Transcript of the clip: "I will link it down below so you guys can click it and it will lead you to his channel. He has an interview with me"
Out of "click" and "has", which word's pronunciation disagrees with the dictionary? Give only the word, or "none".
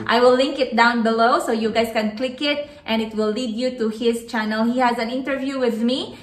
none